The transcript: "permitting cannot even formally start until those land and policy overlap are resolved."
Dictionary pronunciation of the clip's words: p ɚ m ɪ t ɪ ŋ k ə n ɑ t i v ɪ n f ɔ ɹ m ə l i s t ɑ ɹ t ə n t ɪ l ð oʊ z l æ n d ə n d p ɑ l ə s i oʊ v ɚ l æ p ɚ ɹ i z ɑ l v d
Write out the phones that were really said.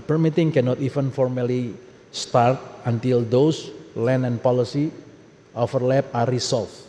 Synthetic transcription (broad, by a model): p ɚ m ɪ t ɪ ŋ k ə n ɑ t i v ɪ n f ɔ ɹ m ə l i s t ɑ ɹ t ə n t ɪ l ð oʊ s l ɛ n ə n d p ɑ l ə s i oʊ f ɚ l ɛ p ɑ ɹ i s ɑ l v